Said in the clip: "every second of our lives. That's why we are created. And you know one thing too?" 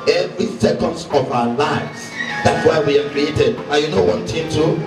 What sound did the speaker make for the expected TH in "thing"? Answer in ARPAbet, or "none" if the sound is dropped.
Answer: T